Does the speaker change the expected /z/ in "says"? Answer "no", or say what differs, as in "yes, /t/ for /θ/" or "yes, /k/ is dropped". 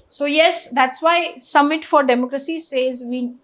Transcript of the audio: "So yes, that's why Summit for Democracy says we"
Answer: no